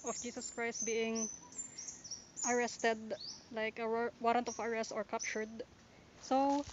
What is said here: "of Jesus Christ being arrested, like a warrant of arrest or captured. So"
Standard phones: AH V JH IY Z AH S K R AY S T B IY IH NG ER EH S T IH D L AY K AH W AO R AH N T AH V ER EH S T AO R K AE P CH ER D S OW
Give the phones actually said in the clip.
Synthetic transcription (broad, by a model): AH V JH IY S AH S K R AY S T B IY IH NG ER EH S T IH D L AY K AH W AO R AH N T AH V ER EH S T AO R K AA P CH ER D S OW